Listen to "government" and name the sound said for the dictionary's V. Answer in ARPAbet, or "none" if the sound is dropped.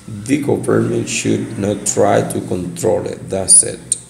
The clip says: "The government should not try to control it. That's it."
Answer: P